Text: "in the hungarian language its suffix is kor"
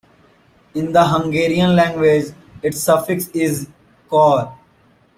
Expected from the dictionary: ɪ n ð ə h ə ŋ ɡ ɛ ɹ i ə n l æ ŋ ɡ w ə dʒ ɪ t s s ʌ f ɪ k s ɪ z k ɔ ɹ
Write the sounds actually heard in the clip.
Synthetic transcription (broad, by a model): ɪ n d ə h ə ŋ ɡ ɛ ɹ i ə n l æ ŋ ɡ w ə dʒ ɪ t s s ʌ f ɪ k s ɪ z k ɔ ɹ